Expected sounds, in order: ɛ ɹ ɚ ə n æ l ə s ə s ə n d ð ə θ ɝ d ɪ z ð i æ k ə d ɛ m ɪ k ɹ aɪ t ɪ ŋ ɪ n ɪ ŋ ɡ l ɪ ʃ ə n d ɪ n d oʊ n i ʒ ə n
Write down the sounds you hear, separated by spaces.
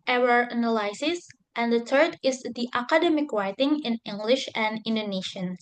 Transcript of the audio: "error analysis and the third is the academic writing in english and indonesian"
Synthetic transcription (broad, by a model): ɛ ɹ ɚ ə n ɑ l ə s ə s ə n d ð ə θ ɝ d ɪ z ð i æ k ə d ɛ m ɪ k ɹ aɪ t ɪ ŋ ɪ n ɪ ŋ ɡ l ɪ ʃ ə n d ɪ n d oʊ n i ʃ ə n